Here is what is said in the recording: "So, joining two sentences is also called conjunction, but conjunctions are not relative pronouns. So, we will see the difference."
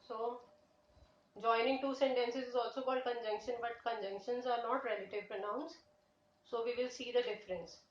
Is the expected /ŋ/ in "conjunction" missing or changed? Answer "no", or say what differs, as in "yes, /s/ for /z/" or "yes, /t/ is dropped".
no